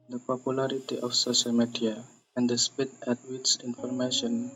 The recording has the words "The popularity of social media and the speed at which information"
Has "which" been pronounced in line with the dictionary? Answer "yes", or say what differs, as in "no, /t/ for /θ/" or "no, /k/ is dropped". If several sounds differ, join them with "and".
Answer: no, /s/ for /tʃ/